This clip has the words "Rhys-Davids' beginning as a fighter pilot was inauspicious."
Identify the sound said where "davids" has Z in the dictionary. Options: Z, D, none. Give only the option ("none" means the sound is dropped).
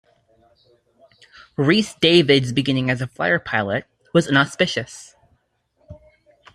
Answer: Z